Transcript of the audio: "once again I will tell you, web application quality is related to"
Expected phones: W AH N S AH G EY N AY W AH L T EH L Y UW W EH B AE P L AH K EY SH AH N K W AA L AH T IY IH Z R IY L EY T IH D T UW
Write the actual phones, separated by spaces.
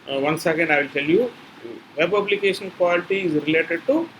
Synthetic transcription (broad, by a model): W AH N S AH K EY N AY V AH L T EH L Y UW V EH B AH B L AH K EY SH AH N K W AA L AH T IY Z R IY L EY T IH D T UW